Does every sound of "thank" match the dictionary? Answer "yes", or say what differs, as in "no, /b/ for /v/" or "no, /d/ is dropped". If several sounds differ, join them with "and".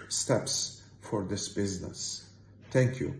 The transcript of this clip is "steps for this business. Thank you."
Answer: no, /t/ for /θ/